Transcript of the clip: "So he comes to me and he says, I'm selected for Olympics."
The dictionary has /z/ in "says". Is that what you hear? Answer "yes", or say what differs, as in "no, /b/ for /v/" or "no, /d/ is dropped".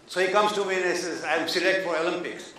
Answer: no, /z/ is dropped